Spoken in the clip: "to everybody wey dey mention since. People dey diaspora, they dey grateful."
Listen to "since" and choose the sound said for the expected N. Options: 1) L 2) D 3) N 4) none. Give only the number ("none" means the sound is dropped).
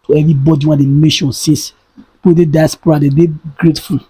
4